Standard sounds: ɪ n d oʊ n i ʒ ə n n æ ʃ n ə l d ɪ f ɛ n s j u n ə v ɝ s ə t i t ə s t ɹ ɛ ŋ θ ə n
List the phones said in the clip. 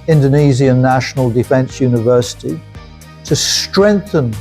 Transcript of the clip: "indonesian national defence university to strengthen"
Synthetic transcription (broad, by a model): ɪ n d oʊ n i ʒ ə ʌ n æ ʃ n ə l d ɪ f ɛ n s j u n ə v ɝ s ə t i t ə s t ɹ ɛ ŋ θ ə n